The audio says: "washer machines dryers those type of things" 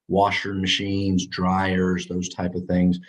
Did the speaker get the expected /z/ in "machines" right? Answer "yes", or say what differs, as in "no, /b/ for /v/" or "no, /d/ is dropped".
yes